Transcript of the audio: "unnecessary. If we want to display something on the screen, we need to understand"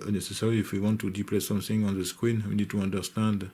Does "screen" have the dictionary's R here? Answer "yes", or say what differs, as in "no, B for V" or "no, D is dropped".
no, W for R